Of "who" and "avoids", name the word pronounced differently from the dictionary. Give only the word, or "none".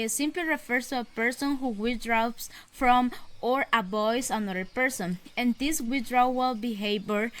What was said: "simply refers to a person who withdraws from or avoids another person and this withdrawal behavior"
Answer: avoids